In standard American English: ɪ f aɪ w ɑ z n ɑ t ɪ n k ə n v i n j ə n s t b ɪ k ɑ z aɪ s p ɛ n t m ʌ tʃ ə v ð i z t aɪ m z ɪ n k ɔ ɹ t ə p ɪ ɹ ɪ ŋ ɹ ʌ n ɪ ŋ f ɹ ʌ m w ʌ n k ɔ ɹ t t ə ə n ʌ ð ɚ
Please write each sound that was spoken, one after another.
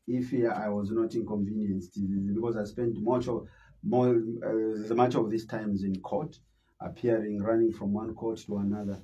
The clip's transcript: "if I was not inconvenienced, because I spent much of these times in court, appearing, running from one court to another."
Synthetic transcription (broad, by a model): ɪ f aɪ w ɑ z n ɑ t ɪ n k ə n v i n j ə n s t b ɪ k ɑ z aɪ s p ɛ n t m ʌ tʃ ə v ð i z t aɪ m z ɪ n k ɔ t t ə p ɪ ɹ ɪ ŋ ɹ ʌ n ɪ ŋ f ɹ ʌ m w ʌ n k ɔ ɹ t t ə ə n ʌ ð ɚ